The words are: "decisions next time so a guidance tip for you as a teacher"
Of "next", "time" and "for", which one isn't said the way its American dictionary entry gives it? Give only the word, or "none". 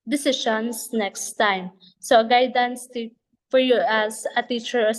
none